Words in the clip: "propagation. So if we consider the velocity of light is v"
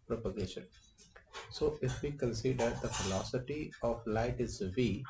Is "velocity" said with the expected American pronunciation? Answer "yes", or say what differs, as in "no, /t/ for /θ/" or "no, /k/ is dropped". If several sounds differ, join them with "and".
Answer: no, /f/ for /v/